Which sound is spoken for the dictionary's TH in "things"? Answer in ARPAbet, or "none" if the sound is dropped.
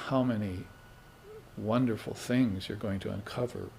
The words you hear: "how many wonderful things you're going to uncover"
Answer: TH